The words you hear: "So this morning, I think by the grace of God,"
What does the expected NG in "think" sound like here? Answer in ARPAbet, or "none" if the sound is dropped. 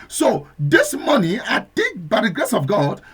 none